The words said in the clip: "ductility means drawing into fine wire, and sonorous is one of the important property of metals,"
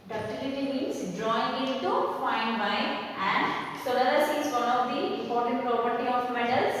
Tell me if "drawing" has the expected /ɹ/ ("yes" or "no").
yes